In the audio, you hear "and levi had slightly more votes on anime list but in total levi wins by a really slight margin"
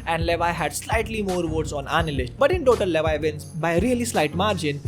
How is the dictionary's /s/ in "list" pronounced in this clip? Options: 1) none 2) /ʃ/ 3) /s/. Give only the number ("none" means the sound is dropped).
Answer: 2